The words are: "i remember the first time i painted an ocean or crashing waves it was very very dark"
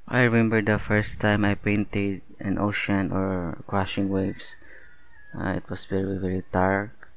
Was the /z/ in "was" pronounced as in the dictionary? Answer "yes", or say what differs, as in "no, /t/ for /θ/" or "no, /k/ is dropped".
no, /s/ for /z/